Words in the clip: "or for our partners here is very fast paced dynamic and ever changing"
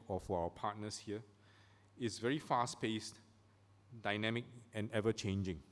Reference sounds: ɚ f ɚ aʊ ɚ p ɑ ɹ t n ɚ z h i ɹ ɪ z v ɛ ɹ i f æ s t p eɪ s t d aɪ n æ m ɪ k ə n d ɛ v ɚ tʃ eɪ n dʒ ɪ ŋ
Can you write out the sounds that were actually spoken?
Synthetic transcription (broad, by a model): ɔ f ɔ aʊ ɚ p ɑ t n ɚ s h i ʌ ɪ s v ɛ ɹ i f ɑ s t p eɪ s t d aɪ n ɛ m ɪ k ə n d ɛ v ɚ tʃ eɪ n dʒ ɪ ŋ